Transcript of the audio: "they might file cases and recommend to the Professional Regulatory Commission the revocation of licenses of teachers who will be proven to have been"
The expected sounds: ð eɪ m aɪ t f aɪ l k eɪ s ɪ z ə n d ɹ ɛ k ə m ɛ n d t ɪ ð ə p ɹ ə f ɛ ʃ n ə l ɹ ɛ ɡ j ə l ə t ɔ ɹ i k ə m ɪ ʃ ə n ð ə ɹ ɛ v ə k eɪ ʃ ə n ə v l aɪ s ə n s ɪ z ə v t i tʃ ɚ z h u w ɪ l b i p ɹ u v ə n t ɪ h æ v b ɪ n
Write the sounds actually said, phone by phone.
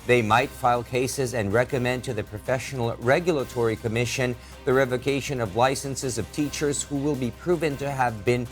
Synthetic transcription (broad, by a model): ð eɪ m aɪ t f aɪ l k eɪ s ɪ z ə n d ɹ ɛ k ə m ɛ n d t ɪ ð ə p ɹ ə f ɛ ʃ n l ɹ ɛ ɡ j l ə t ɔ ɹ i k ə m ɪ ʃ ə n ð ə ɹ ɛ v ə k eɪ ʃ ə n ə v l aɪ s ə n s ɪ z ə v t i tʃ ɚ z h u w ɪ l b i p ɹ u v ə n t ɪ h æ v b ɪ n